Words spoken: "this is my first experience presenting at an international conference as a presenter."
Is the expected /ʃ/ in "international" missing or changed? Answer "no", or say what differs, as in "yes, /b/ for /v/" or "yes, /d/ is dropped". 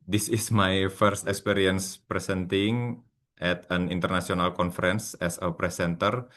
yes, /s/ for /ʃ/